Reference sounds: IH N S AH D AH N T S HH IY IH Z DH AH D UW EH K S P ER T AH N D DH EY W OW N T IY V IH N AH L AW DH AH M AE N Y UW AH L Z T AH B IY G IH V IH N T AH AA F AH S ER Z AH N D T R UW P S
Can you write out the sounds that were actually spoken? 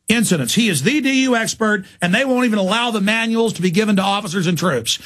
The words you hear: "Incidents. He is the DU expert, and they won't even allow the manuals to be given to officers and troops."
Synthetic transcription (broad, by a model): IH N S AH D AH N T S HH IY IH Z DH AH D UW EH K S P ER T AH N DH EY W OW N T IY V IH N AH L AW DH AH M AE N Y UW L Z T AH B IY G IH V IH N T AH AA F AH S ER Z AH N T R UW P S